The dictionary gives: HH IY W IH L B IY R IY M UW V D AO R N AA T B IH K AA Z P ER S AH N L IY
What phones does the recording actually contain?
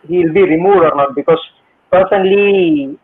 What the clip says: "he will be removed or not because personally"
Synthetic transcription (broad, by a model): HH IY W IH L B IY R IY M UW D AO R N AA T B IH K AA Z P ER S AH N L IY